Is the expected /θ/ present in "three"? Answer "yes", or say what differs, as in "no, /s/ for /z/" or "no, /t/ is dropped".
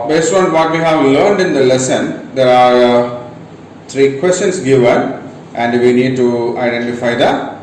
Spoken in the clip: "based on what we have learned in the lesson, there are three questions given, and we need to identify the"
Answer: no, /t/ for /θ/